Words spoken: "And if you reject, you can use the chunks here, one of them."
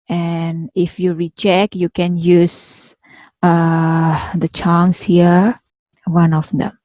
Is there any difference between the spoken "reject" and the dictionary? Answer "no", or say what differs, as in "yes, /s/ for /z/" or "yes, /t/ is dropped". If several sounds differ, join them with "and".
yes, /tʃ/ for /dʒ/